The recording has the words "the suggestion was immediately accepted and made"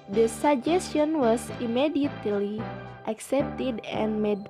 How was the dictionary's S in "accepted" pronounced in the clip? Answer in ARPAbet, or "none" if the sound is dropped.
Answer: S